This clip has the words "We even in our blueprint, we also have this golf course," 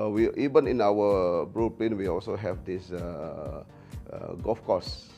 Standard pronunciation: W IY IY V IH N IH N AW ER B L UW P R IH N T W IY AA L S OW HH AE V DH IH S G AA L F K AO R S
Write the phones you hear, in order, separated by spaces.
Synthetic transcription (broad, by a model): W IY IY V IH N IH N AW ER B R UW P L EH N W IY AA L S OW HH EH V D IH S G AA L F K AO S